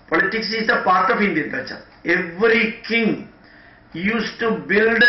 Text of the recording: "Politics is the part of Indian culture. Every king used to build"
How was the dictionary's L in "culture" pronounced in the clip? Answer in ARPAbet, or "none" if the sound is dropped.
none